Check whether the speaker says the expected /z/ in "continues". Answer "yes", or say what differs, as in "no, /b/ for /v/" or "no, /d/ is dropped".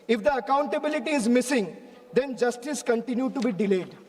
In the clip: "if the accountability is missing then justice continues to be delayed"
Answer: no, /z/ is dropped